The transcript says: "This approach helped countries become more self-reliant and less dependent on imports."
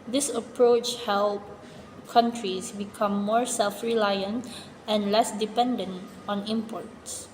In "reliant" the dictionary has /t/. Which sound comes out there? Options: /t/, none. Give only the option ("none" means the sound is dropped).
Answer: /t/